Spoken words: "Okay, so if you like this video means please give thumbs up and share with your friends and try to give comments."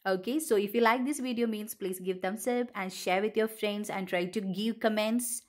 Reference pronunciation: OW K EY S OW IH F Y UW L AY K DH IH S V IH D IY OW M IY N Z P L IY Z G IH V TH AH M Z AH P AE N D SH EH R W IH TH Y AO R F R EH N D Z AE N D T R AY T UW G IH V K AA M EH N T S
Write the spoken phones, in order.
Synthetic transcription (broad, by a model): OW K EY S OW IH F Y UW L AY K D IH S V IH D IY OW M IY N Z P L IY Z G IH V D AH M S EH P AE N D SH EH R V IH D Y AO R F R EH N D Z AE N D T R AY T UW G IH V K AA M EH N T S